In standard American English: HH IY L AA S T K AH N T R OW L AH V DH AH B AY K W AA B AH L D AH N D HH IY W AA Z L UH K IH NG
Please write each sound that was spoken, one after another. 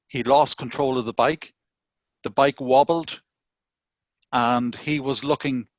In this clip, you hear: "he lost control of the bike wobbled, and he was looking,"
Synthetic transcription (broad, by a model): HH IY L AA S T K AH N T R OW L AH V DH AH B AY K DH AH B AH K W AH L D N IY W AA Z L UH K IH NG